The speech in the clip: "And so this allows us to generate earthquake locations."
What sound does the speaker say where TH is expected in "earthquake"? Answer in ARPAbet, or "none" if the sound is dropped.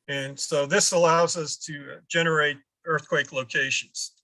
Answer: TH